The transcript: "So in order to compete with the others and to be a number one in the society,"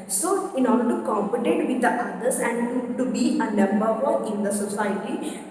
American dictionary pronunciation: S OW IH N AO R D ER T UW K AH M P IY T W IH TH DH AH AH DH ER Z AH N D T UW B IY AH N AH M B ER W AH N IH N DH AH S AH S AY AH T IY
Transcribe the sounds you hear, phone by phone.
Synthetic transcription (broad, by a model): S OW IH N AO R D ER T UW K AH M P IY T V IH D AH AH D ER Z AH N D T UW B IY AH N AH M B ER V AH IH N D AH S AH S AY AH T IY